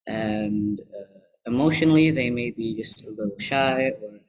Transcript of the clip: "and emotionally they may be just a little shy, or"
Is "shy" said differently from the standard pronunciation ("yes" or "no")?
no